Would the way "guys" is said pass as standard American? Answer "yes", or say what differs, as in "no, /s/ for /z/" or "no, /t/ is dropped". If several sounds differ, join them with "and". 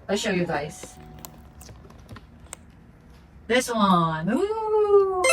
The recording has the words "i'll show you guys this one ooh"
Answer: no, /s/ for /z/